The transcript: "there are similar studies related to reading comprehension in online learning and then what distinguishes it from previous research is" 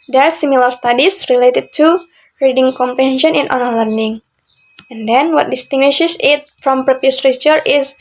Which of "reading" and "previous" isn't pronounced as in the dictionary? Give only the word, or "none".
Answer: previous